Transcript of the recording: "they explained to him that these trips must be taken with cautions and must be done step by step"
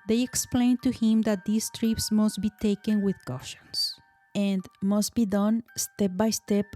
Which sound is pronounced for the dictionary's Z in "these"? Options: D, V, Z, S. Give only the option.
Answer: S